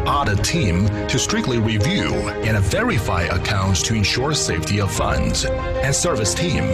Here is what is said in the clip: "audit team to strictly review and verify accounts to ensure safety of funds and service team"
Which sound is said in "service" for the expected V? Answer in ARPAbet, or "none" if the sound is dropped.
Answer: V